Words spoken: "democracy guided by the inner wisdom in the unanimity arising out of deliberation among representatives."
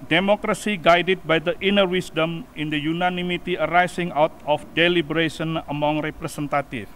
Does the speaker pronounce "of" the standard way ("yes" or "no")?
no